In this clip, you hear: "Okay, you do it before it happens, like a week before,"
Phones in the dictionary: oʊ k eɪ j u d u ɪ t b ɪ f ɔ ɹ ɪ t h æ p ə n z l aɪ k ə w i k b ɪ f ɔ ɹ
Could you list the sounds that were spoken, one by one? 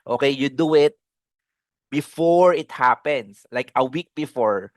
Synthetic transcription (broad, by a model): oʊ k eɪ j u d u ɪ t b ɪ f ɔ ɹ ɪ t h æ p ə n s l aɪ k ə w i k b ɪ f ɔ ɹ